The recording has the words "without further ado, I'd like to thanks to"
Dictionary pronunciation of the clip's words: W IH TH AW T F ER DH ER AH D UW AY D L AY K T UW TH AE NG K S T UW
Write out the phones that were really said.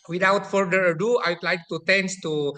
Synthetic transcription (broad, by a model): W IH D AW T F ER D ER AH D UW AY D L AY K T UW T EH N S T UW